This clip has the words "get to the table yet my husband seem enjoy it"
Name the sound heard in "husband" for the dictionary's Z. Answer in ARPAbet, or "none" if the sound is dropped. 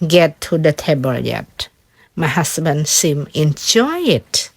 S